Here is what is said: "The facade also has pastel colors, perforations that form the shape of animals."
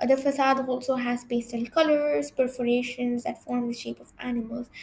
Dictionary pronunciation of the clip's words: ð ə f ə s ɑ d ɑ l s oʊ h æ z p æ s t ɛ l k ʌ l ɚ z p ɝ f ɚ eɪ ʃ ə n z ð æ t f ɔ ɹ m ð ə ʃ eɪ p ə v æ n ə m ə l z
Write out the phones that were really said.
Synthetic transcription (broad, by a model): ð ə f ə s ɑ d ɑ l s oʊ h æ z b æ s t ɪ n k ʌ l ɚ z p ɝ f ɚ eɪ ʃ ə n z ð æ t f ɔ ɹ m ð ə ʃ eɪ p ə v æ n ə m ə l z